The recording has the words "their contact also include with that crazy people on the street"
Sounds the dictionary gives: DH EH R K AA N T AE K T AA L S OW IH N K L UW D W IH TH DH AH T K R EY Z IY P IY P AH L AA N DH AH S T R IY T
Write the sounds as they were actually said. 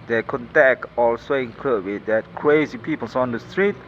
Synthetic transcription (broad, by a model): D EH K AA N T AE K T AA L S OW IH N K AH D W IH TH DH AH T K R EY Z IY P IY P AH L AA N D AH S T R IY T